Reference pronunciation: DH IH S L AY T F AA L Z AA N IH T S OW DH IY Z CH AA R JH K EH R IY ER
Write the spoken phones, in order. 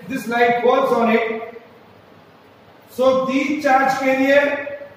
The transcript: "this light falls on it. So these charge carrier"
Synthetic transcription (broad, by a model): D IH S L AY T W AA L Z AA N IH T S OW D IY CH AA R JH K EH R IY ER